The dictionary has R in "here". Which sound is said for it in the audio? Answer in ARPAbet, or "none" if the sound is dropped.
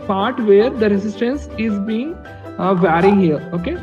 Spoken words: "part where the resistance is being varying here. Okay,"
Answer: L